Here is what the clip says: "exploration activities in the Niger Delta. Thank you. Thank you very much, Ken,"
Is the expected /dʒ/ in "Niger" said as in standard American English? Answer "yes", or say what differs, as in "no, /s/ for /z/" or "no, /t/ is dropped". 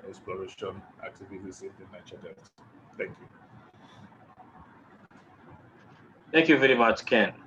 no, /tʃ/ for /dʒ/